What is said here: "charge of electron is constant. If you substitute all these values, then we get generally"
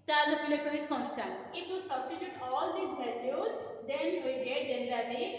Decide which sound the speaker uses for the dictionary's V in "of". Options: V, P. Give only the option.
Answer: P